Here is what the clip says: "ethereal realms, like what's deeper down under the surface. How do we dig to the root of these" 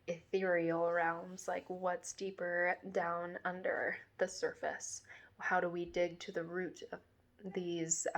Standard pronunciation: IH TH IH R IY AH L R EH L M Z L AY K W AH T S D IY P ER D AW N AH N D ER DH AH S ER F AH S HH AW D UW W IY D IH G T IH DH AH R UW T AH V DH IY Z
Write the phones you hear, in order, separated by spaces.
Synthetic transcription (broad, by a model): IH TH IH R IY L R EH L M Z L AY K W AH T S D IY P ER D AW N AH N D ER DH AH S ER F AH S HH AW D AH W IY D IH G T IH DH AH R UW T AH V DH IY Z